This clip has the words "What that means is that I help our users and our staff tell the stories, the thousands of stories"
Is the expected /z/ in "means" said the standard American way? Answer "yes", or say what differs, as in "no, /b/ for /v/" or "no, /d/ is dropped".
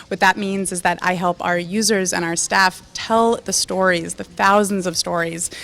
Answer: yes